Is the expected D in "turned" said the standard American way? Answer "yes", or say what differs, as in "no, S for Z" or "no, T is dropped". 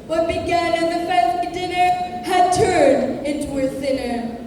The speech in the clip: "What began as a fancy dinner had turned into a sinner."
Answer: yes